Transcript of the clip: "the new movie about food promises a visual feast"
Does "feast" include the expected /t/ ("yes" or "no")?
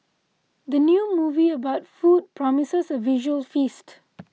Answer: yes